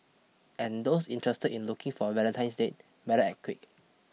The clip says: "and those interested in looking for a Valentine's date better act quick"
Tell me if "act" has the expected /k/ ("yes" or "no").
no